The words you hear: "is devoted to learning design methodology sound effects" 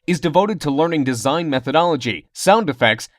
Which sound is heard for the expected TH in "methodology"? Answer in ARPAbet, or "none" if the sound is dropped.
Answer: TH